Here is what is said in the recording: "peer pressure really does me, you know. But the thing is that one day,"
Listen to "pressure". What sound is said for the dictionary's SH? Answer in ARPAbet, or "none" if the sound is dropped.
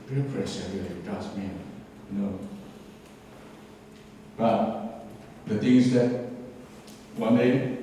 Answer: S